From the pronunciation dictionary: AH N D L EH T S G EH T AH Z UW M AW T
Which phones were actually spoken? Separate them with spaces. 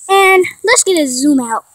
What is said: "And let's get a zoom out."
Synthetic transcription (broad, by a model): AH N L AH T S G EH T AH Z UW M AW T